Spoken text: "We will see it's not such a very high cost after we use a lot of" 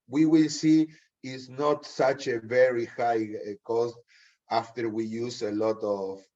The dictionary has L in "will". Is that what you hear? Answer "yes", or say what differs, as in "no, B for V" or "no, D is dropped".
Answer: yes